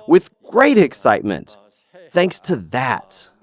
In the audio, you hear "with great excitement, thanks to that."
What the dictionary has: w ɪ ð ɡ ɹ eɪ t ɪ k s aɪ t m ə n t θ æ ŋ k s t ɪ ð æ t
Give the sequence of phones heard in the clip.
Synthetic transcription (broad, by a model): w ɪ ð ɡ ɹ eɪ t ɪ k s aɪ t m ə n t θ æ ŋ k s t ɪ ð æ t